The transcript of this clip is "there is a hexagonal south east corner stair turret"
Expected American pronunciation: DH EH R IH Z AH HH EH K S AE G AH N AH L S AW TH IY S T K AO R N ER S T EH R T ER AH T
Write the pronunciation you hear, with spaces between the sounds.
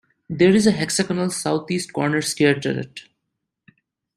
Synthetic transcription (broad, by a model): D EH R IH Z AH HH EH K S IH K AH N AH L S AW T IY S T K AO R N ER S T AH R T ER AH T